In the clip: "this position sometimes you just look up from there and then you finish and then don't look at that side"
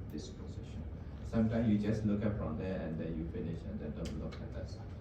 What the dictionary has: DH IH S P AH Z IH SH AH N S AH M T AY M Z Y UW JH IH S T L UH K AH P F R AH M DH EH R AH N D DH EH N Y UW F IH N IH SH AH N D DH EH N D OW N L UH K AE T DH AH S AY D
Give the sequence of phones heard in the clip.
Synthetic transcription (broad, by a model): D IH S P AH S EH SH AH N S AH M T AY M S Y UW JH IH S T L UH K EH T F R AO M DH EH AH N D EH N Y UW F IH N IH SH AH N D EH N D OW N L UH K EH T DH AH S